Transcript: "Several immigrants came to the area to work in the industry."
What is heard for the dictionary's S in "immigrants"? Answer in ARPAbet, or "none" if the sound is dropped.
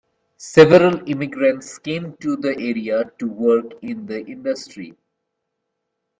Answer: S